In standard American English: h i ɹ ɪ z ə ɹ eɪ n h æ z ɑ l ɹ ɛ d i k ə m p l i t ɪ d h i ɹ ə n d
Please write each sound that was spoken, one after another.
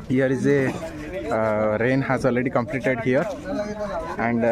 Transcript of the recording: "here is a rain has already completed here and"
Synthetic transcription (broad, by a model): h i ɹ ɪ z ə ɹ eɪ n h æ z ɑ l ɹ ɛ d i k ə m p l i t ɪ d h i ɹ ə n d